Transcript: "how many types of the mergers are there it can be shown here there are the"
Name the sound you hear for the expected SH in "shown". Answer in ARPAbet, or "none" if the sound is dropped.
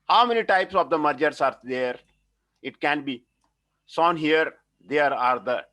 S